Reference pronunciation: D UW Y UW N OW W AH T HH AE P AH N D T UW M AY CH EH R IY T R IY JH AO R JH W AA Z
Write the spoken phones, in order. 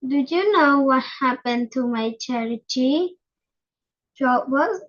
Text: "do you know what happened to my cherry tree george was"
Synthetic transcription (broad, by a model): D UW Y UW N OW W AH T HH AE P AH N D T UW M AY CH EH R IY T IY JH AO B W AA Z